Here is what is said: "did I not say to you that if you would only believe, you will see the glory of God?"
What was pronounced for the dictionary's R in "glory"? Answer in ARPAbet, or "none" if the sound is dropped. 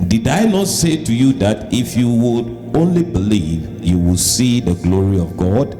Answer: R